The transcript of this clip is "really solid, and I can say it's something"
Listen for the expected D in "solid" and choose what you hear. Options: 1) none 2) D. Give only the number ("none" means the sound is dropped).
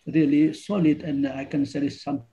2